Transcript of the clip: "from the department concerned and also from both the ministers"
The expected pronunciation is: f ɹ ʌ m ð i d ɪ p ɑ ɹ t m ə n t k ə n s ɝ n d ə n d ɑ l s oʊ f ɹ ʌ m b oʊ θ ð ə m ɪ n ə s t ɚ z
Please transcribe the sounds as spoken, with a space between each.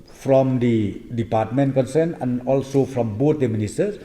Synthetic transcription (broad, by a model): f ɹ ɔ m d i d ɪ p ɑ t m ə n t k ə n s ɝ n ə n ɑ l s oʊ f ɹ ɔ m b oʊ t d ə m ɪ n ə s t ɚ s